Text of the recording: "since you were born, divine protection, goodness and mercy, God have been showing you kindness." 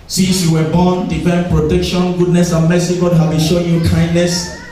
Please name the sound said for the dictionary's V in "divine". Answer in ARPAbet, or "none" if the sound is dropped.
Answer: F